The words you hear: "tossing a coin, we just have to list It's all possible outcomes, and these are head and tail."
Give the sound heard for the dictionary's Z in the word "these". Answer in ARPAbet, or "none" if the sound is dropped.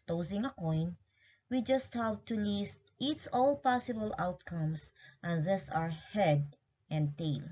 S